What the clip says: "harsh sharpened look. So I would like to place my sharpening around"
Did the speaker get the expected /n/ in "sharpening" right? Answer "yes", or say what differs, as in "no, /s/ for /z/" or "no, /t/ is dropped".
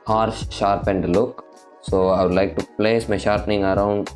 yes